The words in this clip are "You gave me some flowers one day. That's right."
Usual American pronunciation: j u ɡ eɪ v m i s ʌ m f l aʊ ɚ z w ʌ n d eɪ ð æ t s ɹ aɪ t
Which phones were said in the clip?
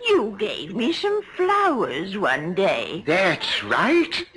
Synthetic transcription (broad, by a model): j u ɡ eɪ v m i s ʌ m f l aʊ ɚ z w ʌ n d eɪ ð æ t s ɹ aɪ t